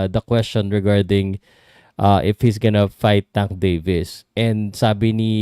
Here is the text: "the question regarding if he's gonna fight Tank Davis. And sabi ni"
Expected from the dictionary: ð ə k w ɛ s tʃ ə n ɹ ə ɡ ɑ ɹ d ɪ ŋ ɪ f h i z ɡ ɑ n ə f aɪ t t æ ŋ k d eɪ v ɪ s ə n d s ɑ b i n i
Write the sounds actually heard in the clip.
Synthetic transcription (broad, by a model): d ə k w ɛ s tʃ ə n ɹ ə ɡ ɑ ɹ d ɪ ŋ ɪ f h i s ɡ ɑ n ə f aɪ t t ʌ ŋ d eɪ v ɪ s ə n d s ɑ b i n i